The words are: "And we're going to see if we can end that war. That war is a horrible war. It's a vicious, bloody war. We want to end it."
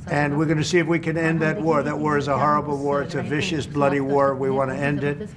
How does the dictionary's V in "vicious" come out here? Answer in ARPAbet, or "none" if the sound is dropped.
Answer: V